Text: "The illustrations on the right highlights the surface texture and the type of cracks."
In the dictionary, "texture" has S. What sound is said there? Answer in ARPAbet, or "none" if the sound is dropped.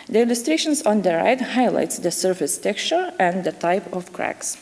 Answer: S